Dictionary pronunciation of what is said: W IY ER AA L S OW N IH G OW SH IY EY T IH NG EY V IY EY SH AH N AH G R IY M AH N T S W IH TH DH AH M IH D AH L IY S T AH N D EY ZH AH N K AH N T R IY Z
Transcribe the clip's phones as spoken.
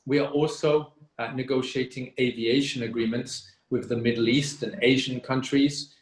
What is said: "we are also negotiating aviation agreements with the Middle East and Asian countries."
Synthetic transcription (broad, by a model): W IY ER AA L S OW N IH G OW SH IY EY T IH NG EY V IY EY SH AH N AH G R IY M AH N T S W IH DH AH M IH D L IY S T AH N EY ZH AH N K AH N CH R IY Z